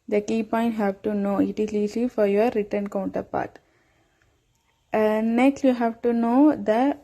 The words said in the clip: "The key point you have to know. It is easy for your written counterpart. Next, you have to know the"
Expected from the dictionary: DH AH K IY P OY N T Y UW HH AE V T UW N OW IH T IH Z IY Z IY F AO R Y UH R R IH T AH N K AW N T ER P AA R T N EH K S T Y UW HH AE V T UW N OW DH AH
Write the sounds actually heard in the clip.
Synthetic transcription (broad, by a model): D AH K IY P OY N T HH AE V T UW N OW IH T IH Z IY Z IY F AO R Y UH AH R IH T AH N K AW N T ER P AA R T N EH K S T Y UW HH AE V T UW N OW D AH